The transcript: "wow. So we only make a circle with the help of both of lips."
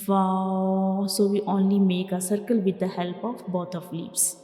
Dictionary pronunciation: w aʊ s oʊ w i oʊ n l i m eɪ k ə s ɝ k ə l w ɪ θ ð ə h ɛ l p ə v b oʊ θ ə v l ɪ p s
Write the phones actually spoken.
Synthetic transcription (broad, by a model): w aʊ s oʊ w i oʊ n l i m eɪ k ə s ɝ k ə l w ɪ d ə h ɛ l p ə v b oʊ t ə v l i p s